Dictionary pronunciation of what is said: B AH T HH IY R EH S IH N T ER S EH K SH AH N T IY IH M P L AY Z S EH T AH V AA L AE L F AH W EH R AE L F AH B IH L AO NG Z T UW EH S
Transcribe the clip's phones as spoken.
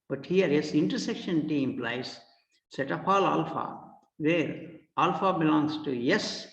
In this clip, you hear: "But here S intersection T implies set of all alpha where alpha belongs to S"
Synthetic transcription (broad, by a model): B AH T HH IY R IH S IH N T ER S EH K SH AH N T IY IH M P L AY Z S EH T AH P AA L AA L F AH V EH R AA L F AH B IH L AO NG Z T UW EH S